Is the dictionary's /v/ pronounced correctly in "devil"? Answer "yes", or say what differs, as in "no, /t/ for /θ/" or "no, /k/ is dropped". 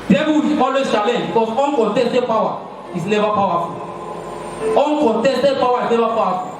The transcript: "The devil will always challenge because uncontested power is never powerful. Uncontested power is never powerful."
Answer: no, /b/ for /v/